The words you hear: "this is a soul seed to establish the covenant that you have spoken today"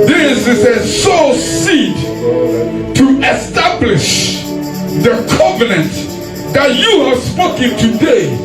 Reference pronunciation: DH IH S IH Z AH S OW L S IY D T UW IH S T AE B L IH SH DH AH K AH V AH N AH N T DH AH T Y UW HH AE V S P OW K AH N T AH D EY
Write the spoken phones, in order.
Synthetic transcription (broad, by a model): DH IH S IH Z AH S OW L S IY D T UW IH S T AE B L IH SH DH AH K AH V AH N AH N T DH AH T Y UW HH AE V S P OW K AH N T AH D EY